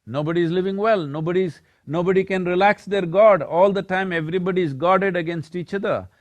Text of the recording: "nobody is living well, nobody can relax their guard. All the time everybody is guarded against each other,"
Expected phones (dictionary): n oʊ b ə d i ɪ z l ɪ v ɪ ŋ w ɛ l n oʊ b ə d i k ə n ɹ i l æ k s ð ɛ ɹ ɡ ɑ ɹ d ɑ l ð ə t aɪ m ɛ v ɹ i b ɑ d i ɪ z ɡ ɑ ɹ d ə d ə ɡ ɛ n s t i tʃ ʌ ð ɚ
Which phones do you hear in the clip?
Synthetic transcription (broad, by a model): n oʊ b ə d i ɪ z l ɪ v ɪ ŋ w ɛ l n oʊ b ə d i k ə n ɹ i l æ k s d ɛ ɹ ɡ ɑ ɹ d ɑ l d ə t aɪ m ɛ v ɹ i b ɑ d i ɪ z ɡ ɑ ɹ d ə d ə ɡ ɛ n s t i tʃ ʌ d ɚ